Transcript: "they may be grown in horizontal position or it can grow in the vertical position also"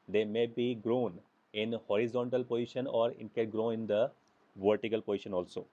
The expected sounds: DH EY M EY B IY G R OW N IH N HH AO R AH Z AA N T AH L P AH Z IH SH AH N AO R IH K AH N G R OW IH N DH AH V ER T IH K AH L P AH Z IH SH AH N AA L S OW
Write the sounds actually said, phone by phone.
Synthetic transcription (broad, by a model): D EY M EY B IY G R OW N IH N HH AO R AH Z AA N T AH L P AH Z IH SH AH N AO R IH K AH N G R OW IH N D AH V ER T IH K AH L P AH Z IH SH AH N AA L S OW